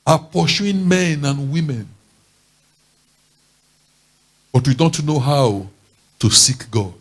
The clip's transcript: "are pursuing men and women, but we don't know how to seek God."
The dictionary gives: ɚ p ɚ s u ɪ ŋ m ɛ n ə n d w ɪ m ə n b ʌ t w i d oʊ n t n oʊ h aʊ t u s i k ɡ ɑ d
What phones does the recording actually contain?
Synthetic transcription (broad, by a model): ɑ p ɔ ʃ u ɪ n m ɛ n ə n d w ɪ m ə n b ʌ t w i d oʊ n t n oʊ h aʊ t u s i k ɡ ɑ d